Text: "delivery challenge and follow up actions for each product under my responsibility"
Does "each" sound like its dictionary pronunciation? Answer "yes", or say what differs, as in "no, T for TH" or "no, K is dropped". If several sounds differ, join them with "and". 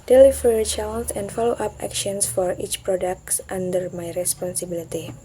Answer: yes